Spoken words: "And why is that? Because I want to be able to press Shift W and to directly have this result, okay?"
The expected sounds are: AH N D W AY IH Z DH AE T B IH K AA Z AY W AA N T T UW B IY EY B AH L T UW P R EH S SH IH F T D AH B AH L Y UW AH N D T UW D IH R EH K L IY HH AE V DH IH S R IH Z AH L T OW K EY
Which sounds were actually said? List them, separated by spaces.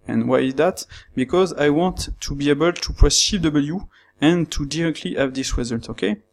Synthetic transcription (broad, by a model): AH N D W AY IH Z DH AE T B IH K AA Z AY W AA N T T UW B IY EY B AH L T UW P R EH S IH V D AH B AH L Y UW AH N T UW D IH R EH K L IY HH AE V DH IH S W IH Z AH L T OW K EY